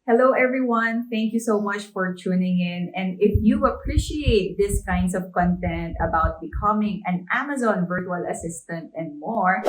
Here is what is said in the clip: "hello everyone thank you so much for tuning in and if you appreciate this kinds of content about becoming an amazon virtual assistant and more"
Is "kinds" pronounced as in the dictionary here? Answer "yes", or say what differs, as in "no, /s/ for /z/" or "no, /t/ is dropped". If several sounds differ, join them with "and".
no, /s/ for /z/